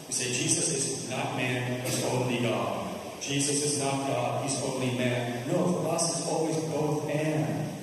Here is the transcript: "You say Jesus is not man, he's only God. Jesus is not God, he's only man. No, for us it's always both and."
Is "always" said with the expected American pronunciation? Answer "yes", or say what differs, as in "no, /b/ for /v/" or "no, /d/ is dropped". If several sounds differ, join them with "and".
yes